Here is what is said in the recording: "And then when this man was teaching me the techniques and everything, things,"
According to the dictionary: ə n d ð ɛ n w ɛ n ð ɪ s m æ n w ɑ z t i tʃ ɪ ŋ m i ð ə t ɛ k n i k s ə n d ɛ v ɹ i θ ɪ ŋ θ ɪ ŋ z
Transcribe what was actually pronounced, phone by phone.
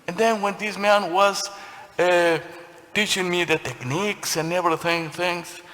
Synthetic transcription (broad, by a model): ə n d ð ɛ n w ɛ n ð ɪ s m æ n w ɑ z t i tʃ ɪ ŋ m i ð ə t ɛ k n i k s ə n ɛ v i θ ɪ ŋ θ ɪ ŋ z